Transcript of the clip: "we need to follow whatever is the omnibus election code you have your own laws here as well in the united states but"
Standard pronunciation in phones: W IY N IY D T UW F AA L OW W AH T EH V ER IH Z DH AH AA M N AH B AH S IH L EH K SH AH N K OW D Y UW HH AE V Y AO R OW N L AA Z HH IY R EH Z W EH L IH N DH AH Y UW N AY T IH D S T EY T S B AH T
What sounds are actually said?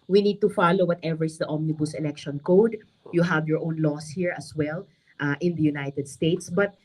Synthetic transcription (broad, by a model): W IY N IY D T UW F AA L OW W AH T EH V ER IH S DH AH AA M N AH B AH S IH L EH K SH AH N K OW D Y UW HH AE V Y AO R OW N L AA S HH IY R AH S W EH L IH N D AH Y UW N AY T IH D S T EY T S B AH T